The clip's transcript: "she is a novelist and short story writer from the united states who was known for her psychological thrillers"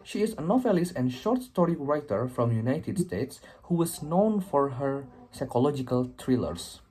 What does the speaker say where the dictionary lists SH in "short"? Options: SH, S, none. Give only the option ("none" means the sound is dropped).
SH